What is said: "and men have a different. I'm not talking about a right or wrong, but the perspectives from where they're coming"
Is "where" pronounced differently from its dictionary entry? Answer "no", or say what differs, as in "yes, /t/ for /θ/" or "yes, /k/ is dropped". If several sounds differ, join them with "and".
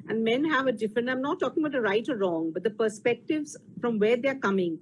no